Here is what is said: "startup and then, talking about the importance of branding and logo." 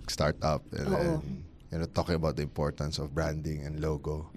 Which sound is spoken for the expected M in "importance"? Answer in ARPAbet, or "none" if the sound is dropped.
M